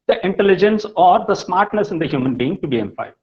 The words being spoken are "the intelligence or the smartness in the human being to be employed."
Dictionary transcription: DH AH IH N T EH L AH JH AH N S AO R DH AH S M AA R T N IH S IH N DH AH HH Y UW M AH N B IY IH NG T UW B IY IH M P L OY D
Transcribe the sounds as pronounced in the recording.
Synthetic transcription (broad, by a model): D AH IH N T EH L AH JH AH N S AO R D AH S M AA R T N IH S IH N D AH HH Y UW M AH N B IY IH NG T UW B IY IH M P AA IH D